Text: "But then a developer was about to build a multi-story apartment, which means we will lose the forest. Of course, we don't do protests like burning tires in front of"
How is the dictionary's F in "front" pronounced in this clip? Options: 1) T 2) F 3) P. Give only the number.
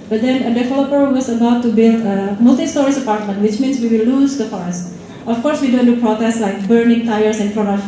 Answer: 3